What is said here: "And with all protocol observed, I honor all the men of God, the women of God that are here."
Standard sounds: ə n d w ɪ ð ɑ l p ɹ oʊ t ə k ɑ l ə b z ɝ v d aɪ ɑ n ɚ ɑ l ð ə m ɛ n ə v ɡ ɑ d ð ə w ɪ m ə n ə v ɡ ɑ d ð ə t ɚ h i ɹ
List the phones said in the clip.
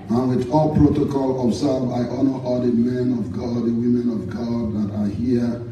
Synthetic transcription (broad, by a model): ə n w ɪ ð ɑ l p ɹ oʊ t ə k ɑ l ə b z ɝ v aɪ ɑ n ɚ ɑ l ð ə m ɛ n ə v ɡ ɑ d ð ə w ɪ m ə n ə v ɡ ɑ d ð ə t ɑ h i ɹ